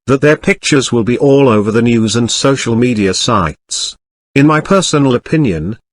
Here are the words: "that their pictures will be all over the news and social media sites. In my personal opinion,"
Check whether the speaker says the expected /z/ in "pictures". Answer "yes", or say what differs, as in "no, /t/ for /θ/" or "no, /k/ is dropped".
yes